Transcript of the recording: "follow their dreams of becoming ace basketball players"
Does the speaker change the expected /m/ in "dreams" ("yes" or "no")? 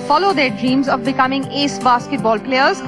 no